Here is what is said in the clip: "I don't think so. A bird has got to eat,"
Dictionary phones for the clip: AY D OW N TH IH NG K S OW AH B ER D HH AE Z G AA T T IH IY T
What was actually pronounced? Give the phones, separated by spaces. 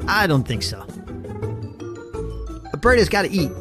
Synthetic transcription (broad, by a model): AY D OW N TH IH NG K S OW AH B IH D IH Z G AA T T IH IY T